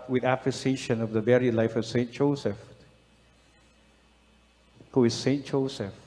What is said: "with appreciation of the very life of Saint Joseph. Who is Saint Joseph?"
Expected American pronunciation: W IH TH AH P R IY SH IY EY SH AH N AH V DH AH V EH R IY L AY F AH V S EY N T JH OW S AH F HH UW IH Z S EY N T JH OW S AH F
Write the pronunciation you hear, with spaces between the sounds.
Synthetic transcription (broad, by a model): W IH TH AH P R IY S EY SH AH N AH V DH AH B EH R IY L AY F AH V S EY N T JH OW S AH F HH UW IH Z S EY N T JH OW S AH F